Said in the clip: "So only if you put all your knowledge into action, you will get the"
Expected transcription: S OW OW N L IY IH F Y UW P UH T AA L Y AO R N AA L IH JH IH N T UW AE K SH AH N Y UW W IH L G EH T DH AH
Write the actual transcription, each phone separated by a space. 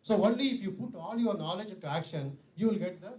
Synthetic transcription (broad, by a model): S OW OW N L IY IH F Y UW P UH T AA L Y AO R N AA L IH JH IH N T UW AE K SH AH N Y UW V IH L G EH T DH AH